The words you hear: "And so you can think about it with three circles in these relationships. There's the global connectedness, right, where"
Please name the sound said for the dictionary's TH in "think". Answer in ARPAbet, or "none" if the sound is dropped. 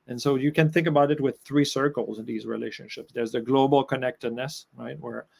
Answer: TH